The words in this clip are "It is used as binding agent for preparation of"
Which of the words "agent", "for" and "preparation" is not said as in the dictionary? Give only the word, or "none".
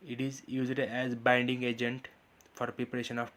none